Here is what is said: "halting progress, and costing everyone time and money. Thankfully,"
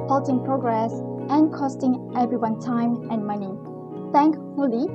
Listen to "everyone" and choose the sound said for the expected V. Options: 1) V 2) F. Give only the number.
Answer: 1